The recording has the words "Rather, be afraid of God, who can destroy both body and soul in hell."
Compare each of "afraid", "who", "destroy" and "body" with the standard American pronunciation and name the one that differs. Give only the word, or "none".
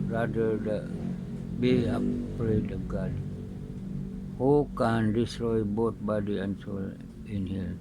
afraid